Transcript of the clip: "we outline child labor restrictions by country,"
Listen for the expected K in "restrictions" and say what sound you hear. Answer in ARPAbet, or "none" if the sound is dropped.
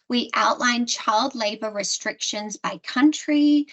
K